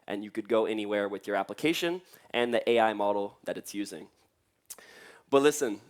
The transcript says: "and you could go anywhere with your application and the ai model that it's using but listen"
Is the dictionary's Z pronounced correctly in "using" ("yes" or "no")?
yes